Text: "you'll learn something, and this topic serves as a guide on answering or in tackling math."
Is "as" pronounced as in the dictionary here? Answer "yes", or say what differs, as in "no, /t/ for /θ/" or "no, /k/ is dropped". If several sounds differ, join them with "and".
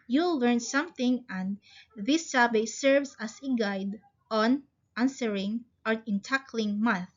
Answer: no, /s/ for /z/